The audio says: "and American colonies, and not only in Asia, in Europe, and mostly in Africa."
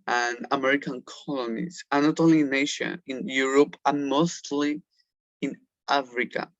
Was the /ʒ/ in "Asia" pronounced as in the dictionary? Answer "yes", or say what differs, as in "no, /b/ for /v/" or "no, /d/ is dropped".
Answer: no, /ʃ/ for /ʒ/